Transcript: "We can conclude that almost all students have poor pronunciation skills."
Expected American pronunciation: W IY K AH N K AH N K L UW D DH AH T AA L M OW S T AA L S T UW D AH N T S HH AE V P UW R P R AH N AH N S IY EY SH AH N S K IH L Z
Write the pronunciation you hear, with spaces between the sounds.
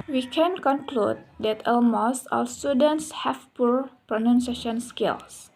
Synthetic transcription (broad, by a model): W IY K AH N K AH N K L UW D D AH T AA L M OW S AA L S T UW D AH N T S HH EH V P UW R P R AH N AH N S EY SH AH N S K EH L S